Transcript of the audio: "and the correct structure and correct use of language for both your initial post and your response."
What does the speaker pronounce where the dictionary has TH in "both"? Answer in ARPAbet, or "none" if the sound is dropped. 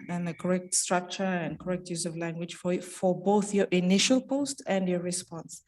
TH